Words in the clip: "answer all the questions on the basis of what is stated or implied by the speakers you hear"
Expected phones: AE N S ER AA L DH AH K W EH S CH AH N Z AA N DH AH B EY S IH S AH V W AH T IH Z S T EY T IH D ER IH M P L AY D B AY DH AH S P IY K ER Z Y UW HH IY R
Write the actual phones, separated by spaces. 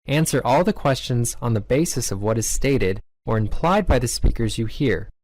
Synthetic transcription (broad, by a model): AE N S ER AA L DH AH K W EH S CH AH N Z N DH AH B EY S IH S AH V W AH T IH Z S T EY T IH D ER IH M P L AY D B AY DH AH S P IY K ER Z Y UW HH IY R